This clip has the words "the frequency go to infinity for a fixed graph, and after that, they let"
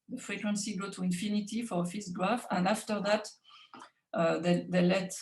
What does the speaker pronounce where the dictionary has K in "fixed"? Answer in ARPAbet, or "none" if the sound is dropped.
none